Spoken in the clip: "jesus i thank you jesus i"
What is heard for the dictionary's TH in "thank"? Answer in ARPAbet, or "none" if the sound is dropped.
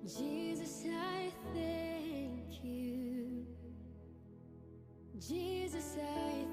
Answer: TH